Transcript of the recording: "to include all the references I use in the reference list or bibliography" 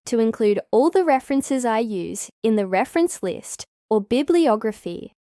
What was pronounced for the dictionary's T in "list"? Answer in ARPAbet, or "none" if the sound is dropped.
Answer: T